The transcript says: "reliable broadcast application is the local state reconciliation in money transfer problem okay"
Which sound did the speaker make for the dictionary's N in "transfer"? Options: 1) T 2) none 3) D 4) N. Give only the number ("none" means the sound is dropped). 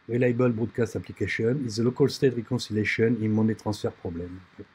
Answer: 2